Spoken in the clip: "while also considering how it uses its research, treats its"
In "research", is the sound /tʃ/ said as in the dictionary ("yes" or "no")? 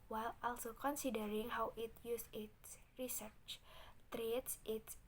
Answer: yes